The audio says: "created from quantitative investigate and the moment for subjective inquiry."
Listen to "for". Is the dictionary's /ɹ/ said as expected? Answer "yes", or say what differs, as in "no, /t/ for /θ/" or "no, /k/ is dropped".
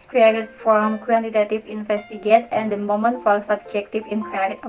no, /l/ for /ɹ/